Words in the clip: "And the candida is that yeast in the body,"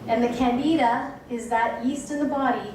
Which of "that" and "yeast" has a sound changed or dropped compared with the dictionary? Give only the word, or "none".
none